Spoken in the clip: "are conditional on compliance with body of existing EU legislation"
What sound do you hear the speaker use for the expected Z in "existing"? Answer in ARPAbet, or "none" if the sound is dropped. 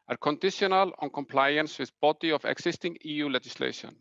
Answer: S